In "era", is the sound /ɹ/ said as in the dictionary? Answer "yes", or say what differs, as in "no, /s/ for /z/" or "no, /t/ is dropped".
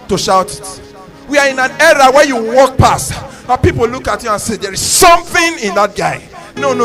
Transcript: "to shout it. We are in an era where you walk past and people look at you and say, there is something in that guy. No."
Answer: yes